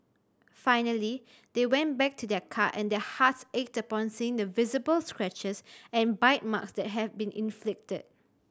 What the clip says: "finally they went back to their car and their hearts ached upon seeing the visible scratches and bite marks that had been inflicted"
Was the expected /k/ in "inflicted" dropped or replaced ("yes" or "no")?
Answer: no